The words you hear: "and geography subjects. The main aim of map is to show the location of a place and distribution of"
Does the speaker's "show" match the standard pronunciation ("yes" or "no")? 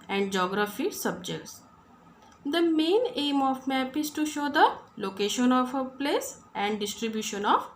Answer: yes